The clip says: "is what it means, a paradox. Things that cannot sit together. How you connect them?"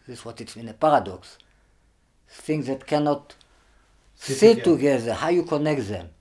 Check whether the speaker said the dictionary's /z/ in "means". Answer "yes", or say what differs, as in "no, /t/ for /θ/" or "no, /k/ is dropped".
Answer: no, /z/ is dropped